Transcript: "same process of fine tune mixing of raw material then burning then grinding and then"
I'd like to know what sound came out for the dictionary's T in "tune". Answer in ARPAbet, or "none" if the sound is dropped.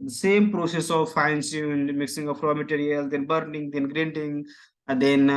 S